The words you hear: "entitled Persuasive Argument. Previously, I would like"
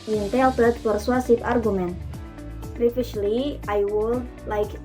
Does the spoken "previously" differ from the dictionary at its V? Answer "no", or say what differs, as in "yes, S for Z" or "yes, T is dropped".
yes, F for V